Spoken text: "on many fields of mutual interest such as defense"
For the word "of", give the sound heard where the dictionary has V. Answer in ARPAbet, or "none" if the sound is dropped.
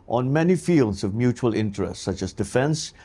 V